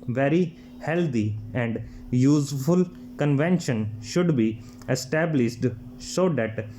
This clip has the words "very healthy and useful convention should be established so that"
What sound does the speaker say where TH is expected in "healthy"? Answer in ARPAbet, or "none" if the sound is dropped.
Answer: T